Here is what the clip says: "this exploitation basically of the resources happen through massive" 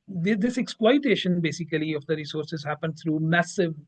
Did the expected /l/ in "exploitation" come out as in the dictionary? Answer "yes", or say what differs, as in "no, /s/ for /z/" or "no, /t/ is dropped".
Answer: no, /w/ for /l/